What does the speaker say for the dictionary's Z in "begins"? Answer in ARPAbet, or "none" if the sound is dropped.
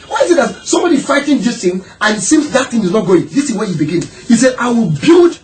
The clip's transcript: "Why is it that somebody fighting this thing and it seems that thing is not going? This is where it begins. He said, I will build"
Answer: none